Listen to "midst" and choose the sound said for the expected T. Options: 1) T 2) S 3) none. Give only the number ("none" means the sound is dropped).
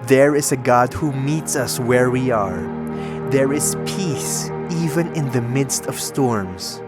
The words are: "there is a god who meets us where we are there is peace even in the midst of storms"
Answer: 1